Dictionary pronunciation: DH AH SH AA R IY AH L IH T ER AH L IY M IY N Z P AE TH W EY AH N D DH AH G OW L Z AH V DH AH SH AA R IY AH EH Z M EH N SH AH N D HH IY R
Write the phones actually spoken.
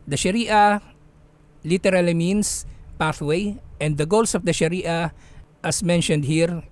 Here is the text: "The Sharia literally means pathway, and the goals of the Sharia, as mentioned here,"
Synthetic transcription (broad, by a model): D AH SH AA R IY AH L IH T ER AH L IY M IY N S P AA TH W EY AH N D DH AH G OW L S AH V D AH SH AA R IY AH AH S M EH N SH AH N D HH IY R